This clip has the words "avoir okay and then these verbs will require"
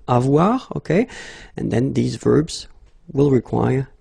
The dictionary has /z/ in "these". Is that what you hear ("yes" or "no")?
yes